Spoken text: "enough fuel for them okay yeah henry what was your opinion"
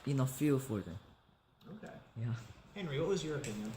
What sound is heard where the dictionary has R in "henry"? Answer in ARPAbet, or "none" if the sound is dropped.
R